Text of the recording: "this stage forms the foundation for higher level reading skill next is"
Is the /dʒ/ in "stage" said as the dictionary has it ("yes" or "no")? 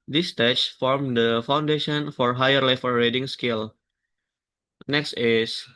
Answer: no